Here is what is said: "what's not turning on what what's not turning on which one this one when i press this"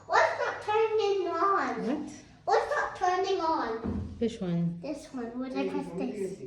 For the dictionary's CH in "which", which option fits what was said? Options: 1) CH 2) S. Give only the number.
2